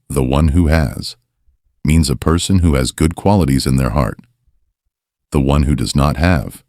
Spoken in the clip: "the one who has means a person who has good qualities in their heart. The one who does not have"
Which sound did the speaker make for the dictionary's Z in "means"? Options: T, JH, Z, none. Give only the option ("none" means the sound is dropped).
Z